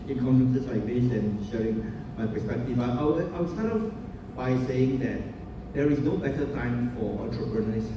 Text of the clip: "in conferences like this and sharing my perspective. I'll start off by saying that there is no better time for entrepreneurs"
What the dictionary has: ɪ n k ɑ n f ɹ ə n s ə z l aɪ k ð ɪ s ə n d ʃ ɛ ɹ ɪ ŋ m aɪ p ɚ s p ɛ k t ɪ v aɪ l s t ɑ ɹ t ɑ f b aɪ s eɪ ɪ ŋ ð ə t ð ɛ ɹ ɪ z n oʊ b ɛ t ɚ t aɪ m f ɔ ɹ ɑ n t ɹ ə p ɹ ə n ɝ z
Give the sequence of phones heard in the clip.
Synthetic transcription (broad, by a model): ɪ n k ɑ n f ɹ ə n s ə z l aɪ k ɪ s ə n ʃ ɛ ɹ ɪ ŋ m aɪ p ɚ s p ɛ k t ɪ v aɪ w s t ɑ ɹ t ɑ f b aɪ s eɪ ɪ ŋ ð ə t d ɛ ɹ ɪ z n oʊ b ɛ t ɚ t aɪ m f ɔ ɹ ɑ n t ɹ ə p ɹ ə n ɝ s